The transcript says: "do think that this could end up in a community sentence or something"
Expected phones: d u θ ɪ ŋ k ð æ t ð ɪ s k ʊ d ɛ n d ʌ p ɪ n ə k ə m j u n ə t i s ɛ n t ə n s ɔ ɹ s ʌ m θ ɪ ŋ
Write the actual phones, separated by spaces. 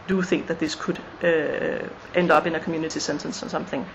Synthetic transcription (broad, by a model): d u θ ɪ ŋ k ð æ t ð ɪ s k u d ɛ n d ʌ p ɪ n ə k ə m j u n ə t i s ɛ n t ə n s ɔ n s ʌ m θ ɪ ŋ